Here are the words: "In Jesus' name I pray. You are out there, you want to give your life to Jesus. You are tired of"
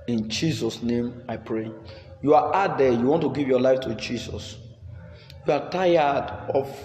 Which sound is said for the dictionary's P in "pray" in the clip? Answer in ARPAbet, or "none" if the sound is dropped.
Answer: P